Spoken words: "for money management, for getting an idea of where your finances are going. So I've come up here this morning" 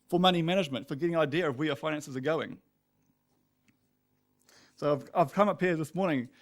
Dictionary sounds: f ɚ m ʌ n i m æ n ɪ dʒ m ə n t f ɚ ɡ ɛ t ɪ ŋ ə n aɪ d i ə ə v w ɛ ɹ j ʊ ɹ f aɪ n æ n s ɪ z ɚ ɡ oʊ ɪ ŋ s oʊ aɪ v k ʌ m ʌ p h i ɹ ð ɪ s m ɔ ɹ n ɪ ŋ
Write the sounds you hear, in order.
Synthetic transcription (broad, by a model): f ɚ m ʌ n i m æ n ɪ dʒ m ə n t f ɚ ɡ ɛ t ɪ ŋ ə n aɪ d i ə ə v w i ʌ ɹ f aɪ n æ n s ɪ z ɚ ɡ oʊ ɪ ŋ s oʊ aɪ v k ʌ m ʌ p h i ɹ ð ɪ s m ɔ ɹ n ɪ ŋ